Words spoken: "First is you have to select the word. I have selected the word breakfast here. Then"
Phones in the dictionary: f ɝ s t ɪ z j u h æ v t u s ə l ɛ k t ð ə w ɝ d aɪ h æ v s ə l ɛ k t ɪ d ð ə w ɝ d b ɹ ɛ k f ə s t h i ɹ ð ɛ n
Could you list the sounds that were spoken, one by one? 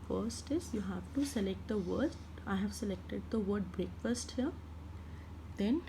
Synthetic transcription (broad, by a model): f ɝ s t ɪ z j u h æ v t u s ə l ɛ k t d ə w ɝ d aɪ h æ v s ə l ɛ k t ɪ d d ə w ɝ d b ɹ ɛ k f ə s t h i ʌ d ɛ n